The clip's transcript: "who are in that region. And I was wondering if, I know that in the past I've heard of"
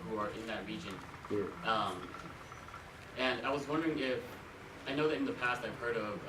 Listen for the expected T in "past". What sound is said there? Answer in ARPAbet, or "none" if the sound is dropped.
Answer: T